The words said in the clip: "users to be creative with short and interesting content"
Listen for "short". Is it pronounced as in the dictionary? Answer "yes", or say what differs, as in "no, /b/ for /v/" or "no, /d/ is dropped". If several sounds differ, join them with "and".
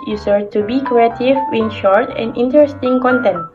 yes